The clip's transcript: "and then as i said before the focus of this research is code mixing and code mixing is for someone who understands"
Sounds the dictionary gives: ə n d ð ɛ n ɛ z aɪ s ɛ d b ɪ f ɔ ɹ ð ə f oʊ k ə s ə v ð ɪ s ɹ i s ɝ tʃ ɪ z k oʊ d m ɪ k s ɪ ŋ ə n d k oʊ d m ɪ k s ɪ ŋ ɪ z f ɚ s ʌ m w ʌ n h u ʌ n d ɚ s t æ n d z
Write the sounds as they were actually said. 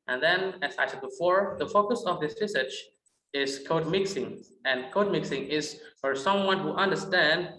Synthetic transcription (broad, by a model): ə n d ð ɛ n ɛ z aɪ s ɛ d b ɪ f ɔ ɹ ð ə f oʊ k ə s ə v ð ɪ s ɹ i s ɝ tʃ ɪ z k oʊ d m ɪ k s ɪ ŋ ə n k oʊ d m ɪ k s ɪ ŋ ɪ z f ɚ s ʌ m w ʌ n h u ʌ n d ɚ s t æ n d